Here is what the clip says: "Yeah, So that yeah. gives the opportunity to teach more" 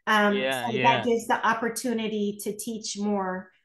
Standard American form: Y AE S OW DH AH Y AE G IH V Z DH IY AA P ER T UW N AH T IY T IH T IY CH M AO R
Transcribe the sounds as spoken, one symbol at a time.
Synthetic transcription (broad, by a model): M S OW DH AH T G IH V Z DH IY AA P ER T UW N AH T IY T IH T IY CH M AO R